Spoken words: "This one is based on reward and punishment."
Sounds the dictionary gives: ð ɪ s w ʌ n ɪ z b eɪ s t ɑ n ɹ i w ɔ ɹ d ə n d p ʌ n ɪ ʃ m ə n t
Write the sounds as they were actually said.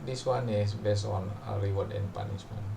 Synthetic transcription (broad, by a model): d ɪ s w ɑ n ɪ s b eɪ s ɑ n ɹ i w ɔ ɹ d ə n p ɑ n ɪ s m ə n